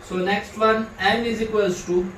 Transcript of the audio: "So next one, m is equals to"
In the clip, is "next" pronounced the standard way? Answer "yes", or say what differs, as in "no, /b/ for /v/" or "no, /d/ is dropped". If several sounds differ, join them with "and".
yes